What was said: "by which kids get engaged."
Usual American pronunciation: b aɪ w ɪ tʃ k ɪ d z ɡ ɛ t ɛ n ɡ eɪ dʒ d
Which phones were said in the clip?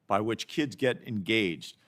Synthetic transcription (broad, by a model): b aɪ w ɪ tʃ k ɪ d z ɡ ɛ t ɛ n ɡ eɪ dʒ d